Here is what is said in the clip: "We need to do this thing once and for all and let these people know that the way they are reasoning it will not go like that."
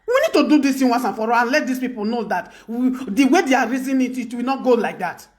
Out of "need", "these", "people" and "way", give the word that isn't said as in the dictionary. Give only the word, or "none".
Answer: these